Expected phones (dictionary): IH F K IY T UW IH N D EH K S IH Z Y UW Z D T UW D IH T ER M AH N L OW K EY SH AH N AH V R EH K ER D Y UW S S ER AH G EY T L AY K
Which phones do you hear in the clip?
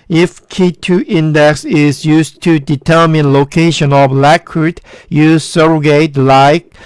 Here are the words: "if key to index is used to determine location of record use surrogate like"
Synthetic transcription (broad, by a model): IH F K IY T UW IH N D EH K S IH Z Y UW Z T UW D IH T ER M AH N L OW K EY SH AH N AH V L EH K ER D Y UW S S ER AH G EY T L AY K